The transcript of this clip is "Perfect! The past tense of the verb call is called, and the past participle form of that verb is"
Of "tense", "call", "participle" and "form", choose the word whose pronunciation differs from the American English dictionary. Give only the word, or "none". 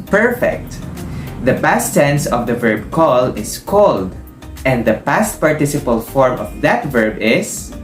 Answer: none